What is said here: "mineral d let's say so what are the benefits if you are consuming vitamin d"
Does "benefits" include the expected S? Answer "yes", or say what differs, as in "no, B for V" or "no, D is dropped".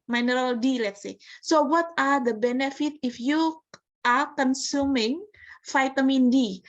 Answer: no, S is dropped